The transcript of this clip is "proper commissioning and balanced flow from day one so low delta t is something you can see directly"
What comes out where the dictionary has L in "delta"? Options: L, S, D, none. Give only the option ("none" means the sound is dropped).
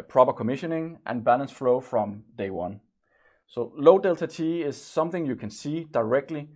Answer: L